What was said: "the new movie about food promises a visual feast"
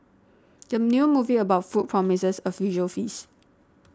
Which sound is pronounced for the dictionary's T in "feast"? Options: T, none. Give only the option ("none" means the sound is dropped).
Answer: none